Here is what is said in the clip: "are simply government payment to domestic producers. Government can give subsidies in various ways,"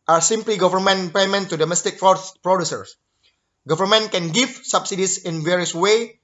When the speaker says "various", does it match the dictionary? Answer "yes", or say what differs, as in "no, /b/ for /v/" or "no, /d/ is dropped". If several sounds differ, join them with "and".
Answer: yes